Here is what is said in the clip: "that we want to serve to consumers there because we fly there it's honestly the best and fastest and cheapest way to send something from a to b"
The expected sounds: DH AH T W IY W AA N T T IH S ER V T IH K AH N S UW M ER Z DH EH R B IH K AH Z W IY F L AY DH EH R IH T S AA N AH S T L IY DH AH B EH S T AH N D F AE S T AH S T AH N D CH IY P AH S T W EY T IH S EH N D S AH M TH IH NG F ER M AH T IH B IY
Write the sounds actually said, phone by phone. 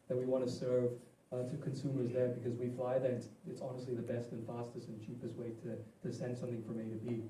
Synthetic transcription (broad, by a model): DH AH T W IY W AA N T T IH S ER V T IH K AH N S UW M ER Z DH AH R B IH K AH Z W IY F L AY DH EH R IH T S AA N AH S T L IY DH AH B EH S T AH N F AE S T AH S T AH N CH IY P AH S T W EY T IH S EH N D S AH M TH IH NG F ER M AH T IH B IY